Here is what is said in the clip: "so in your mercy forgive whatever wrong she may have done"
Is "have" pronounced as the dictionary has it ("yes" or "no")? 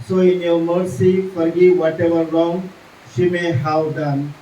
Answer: no